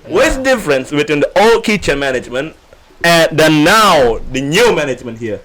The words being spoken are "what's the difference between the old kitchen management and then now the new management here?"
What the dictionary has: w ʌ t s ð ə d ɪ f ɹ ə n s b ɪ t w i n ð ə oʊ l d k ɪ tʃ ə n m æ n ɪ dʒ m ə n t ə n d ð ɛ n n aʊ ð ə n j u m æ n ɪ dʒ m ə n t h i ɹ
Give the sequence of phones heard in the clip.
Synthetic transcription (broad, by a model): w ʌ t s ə d ɪ f ɹ ə n s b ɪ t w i n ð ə oʊ l d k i tʃ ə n m æ n ɪ dʒ m ə n t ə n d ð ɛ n n aʊ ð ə n j u m æ n ɪ dʒ m ə n t h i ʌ